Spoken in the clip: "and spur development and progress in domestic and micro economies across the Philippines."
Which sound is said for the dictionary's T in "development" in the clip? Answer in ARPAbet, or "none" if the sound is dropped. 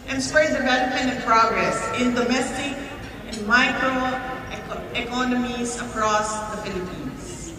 none